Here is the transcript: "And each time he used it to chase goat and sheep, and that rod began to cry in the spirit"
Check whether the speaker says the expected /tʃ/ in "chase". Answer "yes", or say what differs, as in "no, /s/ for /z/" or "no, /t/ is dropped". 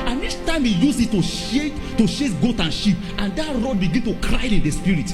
no, /ʃ/ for /tʃ/